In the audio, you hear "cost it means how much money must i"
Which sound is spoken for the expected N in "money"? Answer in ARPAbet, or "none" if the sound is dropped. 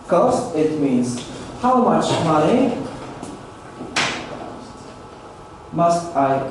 none